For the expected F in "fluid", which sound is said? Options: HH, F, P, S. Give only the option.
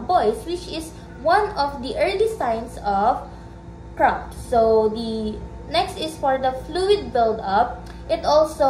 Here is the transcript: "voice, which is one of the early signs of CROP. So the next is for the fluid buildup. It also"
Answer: F